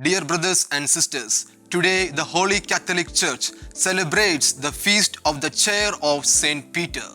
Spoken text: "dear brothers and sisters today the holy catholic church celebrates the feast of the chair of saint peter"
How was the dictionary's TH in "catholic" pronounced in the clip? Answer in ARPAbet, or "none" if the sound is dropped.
T